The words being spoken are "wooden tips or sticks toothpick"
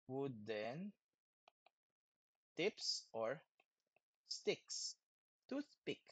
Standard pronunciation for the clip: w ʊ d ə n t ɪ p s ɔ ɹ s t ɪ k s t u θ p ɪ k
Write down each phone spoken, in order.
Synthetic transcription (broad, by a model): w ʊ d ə n t ɪ p s ɔ ɹ s t ɪ k s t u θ p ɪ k